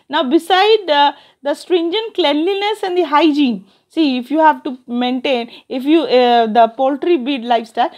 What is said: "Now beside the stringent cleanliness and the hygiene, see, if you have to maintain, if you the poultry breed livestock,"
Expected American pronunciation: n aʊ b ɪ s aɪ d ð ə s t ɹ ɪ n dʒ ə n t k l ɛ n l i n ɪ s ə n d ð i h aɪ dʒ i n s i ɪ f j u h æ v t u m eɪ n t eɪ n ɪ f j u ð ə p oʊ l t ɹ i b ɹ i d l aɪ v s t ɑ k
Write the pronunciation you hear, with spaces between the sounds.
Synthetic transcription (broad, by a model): n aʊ b ɪ s aɪ d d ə s t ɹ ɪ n dʒ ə n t k l ɛ n l i n ɪ s ə n d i h aɪ dʒ i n s i ɪ f j u h æ v t u m eɪ n t eɪ n ɪ f j u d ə p oʊ l t ɹ i b i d l aɪ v s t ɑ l